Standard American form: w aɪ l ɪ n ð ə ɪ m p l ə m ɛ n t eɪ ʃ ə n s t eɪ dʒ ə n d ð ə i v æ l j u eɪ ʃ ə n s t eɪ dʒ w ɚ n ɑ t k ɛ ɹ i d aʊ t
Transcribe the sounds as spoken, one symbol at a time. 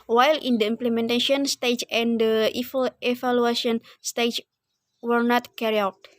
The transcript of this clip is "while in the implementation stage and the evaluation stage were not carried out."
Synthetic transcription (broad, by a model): w aɪ l ɪ n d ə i m p l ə m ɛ n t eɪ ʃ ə n s t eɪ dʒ ə n d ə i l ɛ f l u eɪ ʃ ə n s t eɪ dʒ w ɚ n ɑ t k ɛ ɹ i aʊ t